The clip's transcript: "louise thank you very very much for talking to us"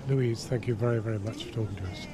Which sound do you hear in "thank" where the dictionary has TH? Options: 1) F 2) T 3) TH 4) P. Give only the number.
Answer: 3